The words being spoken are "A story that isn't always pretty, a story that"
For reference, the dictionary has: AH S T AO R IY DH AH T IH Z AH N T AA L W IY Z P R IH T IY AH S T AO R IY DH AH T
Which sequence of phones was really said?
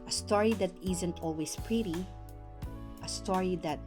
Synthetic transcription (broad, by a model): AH S T AO R IY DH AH T IH Z AH N T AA L W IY S P R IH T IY AH S T AO R IY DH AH T